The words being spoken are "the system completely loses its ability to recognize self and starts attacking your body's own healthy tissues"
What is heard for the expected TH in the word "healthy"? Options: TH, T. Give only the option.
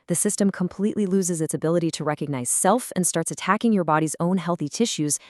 TH